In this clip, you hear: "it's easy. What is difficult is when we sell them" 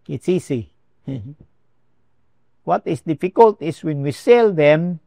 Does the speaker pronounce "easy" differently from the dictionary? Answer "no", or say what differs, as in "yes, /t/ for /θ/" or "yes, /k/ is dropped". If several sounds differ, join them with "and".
yes, /s/ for /z/